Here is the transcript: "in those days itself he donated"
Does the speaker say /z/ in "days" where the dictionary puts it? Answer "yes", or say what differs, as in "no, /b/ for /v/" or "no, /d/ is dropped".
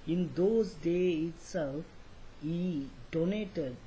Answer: no, /z/ is dropped